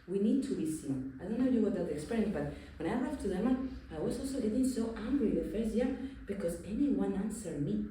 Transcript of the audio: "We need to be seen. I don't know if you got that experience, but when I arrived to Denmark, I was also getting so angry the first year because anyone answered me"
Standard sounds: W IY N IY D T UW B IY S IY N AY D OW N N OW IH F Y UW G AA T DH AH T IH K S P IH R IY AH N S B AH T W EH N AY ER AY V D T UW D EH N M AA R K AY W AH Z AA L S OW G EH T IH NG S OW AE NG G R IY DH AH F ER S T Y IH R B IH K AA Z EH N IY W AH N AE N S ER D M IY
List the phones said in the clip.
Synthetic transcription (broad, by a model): W IY N IY D T UW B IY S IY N AY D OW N N OW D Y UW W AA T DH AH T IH K S P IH R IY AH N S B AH T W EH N AY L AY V T UW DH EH M AA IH W AH Z AA L S OW G EH T IH NG S OW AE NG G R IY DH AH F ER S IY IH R B IH K AA Z EH N IY W AH N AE N S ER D M IY